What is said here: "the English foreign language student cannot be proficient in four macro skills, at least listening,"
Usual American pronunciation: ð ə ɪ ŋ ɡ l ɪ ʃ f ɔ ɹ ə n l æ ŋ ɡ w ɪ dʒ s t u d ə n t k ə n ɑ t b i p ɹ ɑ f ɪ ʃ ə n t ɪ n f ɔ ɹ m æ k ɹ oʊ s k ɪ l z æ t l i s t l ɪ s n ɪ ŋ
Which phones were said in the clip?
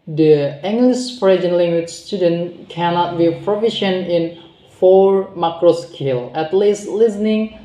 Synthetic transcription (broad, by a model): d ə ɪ ŋ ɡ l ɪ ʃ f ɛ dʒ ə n l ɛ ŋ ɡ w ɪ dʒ s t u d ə n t k ə n ɑ t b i p ɹ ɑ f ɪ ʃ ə n ɪ n f ɔ ɹ m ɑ k ɹ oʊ s k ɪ l æ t l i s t l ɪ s n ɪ ŋ